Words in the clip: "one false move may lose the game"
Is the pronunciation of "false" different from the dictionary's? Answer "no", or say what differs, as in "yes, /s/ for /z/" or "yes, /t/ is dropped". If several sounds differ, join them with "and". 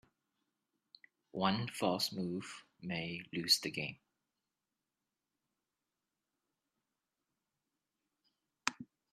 yes, /l/ is dropped